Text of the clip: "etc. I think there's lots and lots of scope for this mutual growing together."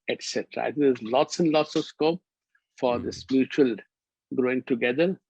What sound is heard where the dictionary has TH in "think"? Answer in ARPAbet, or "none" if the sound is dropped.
T